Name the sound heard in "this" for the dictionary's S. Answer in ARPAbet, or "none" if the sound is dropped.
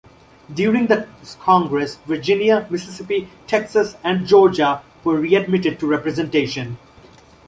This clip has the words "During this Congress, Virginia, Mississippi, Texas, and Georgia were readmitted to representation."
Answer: none